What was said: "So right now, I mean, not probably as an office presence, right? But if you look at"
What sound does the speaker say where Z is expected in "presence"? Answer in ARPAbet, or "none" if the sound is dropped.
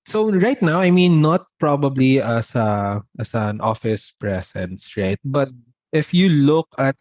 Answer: S